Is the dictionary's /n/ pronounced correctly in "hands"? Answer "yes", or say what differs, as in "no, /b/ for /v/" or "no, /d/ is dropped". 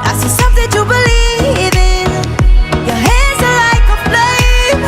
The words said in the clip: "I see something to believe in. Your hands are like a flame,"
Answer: no, /n/ is dropped